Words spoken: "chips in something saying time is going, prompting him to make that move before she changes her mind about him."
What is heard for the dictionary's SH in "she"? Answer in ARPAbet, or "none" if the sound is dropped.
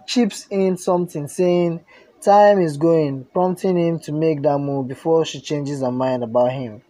SH